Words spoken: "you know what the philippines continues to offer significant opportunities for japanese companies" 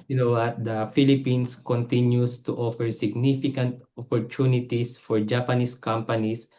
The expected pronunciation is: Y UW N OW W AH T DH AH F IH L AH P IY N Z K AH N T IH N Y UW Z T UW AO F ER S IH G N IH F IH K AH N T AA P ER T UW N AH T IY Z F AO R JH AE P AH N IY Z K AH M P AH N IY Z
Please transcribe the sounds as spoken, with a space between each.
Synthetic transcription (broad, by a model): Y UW N OW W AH T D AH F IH L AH P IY N S K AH N T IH N Y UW S T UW AO F ER S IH G N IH F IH K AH N T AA P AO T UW N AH T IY S F AO R JH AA P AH N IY S K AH M P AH N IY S